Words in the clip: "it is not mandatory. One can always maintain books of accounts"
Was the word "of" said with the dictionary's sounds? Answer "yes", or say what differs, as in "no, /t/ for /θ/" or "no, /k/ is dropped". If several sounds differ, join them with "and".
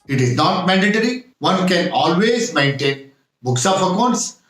no, /p/ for /v/